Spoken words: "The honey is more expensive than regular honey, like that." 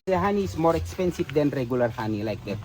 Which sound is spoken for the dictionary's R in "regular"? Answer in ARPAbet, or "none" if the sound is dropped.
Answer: R